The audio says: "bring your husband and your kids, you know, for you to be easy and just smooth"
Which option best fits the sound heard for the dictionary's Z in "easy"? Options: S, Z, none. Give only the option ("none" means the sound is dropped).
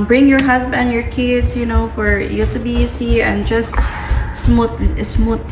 S